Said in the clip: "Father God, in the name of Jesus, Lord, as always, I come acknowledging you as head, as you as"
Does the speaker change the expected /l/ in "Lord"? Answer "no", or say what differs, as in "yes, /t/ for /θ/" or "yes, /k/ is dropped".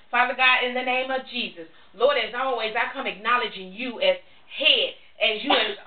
no